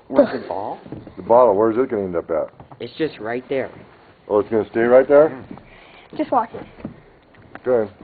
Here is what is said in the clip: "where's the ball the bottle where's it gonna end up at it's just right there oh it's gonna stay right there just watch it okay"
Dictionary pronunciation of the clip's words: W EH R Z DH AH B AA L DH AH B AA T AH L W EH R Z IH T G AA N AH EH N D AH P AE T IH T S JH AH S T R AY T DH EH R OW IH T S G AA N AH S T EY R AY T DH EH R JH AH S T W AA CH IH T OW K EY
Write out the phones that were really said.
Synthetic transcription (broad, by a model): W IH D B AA L DH AH B AA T L W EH R Z IH T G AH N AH EH N D AH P AE T IH T S JH AH S T R AY T DH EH R OW IH T S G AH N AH S T EY R AY T DH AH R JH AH S T W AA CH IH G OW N